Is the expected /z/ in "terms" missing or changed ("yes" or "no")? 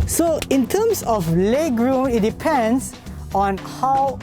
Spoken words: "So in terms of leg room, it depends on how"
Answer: yes